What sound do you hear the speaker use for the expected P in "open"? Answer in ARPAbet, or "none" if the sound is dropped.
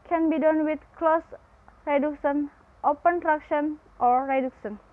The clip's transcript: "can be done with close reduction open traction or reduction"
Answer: P